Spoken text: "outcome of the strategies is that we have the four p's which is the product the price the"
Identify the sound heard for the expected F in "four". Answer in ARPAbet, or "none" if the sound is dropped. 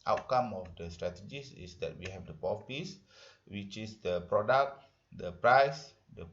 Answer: P